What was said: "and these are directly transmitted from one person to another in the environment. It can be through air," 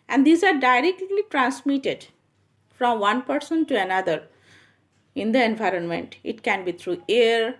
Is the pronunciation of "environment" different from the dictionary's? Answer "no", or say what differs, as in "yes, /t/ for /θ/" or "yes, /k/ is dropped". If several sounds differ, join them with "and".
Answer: no